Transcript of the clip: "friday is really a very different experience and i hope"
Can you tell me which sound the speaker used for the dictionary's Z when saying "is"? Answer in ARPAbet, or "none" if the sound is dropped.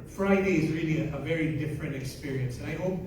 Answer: Z